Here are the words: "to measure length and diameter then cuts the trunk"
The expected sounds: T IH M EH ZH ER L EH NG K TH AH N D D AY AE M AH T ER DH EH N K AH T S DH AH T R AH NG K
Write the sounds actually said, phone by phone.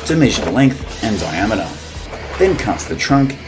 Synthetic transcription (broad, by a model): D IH M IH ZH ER L EH NG K TH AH N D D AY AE M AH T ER DH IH N K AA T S DH AH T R AH NG K